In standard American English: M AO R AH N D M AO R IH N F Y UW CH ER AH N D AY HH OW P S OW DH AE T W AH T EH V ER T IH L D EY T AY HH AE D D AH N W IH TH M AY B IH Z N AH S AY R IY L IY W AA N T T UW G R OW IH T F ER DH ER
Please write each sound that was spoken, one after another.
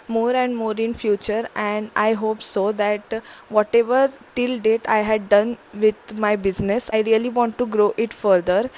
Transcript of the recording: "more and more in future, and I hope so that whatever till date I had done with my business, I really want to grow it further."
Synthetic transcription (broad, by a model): M AO R AH N D M AO R IH N F Y UW CH ER AH N D AY HH OW P S OW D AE T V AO T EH V ER T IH L D EY T AY HH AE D D AH N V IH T M AY B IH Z N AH S AY R IY L IY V AA N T T UW G R OW IH T F ER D ER